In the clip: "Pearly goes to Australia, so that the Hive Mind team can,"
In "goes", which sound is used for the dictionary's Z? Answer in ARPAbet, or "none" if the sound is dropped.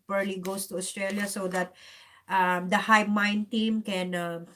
S